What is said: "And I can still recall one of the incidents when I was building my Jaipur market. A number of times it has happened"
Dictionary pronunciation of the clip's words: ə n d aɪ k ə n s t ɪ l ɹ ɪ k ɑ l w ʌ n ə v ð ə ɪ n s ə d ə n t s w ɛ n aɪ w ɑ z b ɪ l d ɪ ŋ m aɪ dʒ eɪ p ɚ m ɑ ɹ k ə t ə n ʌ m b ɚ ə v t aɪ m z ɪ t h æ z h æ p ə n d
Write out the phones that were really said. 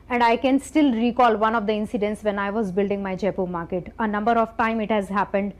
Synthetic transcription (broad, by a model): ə n d aɪ k ə n s t ɪ l ɹ ɪ k ɑ l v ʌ n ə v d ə ɪ n s ə d ə n t s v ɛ n aɪ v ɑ z b ɪ l d ɪ ŋ m aɪ dʒ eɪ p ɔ m ɑ ɹ k ə t ə n ʌ m b ɚ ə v t aɪ m ɪ t h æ z h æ p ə n d